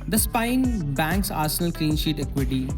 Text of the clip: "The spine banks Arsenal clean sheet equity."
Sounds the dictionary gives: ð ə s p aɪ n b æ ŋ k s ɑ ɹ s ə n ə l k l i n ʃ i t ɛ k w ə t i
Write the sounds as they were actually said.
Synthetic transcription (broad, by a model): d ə s p aɪ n b æ ŋ k s ɑ ɹ s ə n ə l k i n ʃ i t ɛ k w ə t i